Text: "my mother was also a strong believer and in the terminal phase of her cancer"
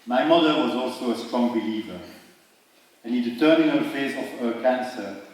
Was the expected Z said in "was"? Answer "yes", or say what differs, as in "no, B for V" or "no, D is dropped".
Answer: yes